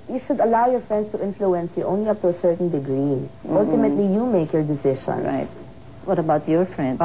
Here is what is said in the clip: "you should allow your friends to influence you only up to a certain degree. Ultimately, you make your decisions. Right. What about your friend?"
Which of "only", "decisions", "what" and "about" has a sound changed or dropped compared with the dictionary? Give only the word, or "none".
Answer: decisions